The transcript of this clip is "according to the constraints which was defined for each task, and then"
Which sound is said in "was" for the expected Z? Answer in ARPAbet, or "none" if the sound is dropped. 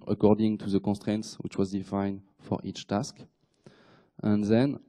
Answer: Z